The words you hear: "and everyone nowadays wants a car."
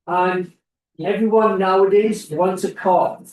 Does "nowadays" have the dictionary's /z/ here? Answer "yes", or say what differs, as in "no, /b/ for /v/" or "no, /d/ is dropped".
yes